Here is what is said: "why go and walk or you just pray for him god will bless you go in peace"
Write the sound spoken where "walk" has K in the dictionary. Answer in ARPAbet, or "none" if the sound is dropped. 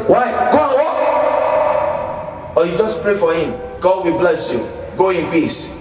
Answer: none